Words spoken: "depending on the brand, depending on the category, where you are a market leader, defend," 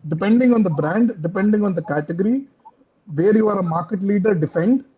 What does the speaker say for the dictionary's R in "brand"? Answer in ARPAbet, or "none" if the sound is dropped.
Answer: R